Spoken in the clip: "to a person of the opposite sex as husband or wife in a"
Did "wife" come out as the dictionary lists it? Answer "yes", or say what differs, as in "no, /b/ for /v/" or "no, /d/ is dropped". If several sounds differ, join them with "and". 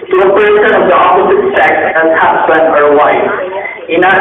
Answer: no, /f/ is dropped